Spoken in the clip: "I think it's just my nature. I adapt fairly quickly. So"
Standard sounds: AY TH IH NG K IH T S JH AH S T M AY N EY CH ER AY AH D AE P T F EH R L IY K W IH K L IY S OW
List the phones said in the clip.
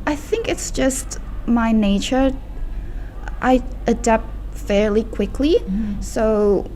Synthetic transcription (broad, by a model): AY TH IH NG K IH T S JH AH S T M AY N EY CH ER AY AH D AE P T F EH R L IY K W IH K L IY S OW